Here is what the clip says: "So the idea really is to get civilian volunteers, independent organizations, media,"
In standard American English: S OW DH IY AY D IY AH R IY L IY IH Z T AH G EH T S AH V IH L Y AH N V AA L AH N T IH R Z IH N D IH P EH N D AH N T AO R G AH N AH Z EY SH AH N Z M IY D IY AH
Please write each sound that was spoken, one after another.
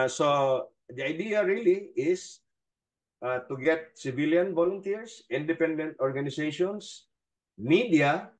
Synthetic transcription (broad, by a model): S OW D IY AY D IY AH R IY L IY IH S T AH G EH T S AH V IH L Y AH N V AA L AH N T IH R S IH N D IH P EH N D AH N T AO R G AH N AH S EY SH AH N S M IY D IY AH